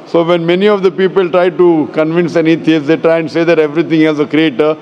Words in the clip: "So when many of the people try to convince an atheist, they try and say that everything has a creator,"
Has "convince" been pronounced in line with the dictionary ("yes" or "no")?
yes